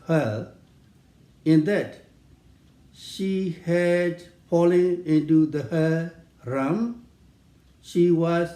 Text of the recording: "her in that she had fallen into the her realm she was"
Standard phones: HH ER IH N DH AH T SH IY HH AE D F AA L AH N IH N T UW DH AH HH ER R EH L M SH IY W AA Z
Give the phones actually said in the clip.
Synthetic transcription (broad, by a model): HH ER IH N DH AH T SH IY HH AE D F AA L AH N IH N T UW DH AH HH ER R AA M SH IY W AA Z